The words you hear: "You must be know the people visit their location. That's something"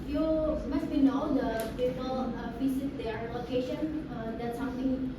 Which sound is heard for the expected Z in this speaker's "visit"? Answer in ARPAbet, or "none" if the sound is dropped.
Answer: S